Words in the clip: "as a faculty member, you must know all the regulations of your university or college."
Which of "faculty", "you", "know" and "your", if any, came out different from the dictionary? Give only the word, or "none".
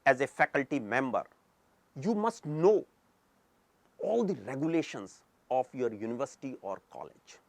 none